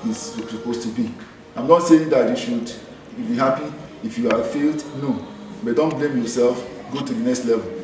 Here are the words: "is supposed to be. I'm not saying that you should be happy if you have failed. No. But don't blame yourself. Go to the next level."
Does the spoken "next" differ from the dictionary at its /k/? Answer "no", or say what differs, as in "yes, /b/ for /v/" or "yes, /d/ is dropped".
no